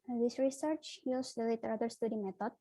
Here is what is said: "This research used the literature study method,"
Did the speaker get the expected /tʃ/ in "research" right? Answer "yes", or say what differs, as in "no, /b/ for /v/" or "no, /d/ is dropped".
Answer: yes